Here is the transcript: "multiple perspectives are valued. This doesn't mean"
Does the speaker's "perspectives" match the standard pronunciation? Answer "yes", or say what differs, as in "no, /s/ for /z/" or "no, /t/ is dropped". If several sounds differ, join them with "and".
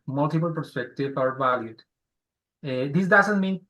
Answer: no, /z/ is dropped